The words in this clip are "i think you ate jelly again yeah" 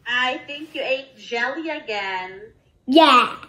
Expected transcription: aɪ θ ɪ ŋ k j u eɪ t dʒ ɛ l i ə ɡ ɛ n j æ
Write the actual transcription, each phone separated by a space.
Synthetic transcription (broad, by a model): aɪ θ ɪ ŋ k j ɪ eɪ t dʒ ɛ l i ə ɡ ɛ n j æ